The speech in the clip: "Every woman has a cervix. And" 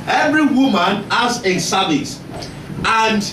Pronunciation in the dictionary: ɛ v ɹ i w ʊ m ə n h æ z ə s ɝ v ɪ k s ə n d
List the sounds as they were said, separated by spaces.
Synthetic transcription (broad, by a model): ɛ v ɹ i w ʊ m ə n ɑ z ə s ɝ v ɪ s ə n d